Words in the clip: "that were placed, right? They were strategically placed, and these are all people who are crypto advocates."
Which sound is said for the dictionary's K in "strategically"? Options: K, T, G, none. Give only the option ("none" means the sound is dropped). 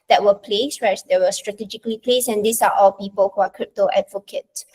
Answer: K